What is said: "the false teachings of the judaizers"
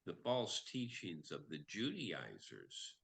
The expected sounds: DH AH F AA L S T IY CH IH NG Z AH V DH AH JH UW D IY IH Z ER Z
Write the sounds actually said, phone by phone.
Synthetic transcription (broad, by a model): DH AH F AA L S T IY CH IH NG Z AH V DH AH JH UW D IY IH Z ER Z